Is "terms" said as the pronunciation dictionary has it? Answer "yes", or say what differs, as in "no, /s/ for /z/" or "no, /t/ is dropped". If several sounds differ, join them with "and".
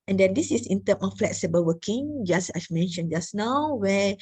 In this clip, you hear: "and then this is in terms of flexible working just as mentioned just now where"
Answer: no, /z/ is dropped